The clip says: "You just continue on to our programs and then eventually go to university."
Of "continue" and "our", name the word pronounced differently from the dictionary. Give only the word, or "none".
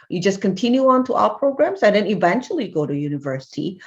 our